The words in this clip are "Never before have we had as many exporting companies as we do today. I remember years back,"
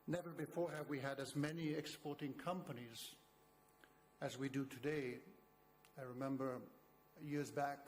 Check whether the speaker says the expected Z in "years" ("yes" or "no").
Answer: yes